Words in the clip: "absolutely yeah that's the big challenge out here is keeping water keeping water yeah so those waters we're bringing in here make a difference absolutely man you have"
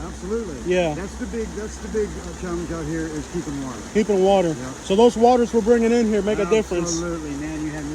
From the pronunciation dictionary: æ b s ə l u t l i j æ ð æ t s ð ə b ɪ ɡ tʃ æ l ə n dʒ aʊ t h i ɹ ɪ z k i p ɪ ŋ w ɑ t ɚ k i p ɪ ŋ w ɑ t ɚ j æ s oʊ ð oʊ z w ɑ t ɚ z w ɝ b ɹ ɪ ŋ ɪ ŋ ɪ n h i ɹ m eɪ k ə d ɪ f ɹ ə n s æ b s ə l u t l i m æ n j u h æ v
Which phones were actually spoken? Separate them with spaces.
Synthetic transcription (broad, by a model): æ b s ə l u t l i j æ ð æ t s ð ə b ɪ ɡ tʃ æ l ə n dʒ aʊ t h i ɹ ɪ z k i p ɪ ŋ w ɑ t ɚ k i p ɪ ŋ w ɑ t ɚ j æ s oʊ ð oʊ z w ɑ t ɚ z w ɝ b ɹ ɪ ŋ ɪ ŋ ɪ n h i ɹ m eɪ k ə d ɪ f ɹ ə n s s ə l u t l i m æ n j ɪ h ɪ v